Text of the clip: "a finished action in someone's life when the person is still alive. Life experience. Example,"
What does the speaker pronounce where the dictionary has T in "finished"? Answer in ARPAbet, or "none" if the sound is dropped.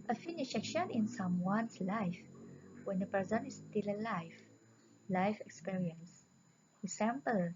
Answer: none